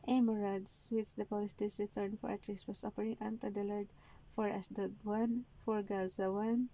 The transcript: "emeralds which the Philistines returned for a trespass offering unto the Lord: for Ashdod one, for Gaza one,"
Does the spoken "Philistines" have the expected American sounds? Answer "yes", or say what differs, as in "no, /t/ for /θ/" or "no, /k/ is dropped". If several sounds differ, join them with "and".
no, /p/ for /f/